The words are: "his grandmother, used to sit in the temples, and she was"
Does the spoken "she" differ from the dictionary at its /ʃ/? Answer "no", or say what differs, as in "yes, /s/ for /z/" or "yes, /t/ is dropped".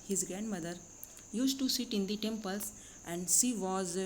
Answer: yes, /s/ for /ʃ/